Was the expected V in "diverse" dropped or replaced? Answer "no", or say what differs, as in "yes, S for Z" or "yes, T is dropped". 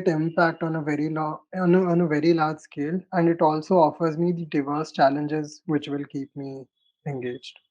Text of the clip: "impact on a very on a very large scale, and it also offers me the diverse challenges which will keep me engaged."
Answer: no